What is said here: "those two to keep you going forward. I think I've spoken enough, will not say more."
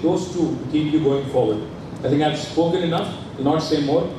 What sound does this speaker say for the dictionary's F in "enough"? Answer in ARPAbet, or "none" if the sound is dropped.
F